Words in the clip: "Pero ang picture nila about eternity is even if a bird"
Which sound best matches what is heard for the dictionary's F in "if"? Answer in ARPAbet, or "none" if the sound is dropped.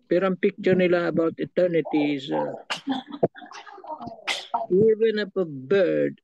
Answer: P